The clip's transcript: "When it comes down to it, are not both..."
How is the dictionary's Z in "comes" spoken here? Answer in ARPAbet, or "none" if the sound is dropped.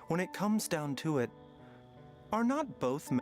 Z